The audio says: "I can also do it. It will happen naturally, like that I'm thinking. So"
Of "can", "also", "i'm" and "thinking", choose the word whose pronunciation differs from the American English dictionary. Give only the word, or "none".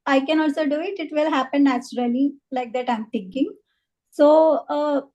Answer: thinking